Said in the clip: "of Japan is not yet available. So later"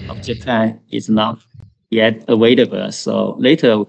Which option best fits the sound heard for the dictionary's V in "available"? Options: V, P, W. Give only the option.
W